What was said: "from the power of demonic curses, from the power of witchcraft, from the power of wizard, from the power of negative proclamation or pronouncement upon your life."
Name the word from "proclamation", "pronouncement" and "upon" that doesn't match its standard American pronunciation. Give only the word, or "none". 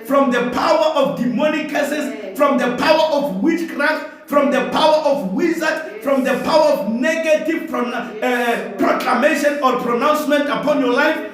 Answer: none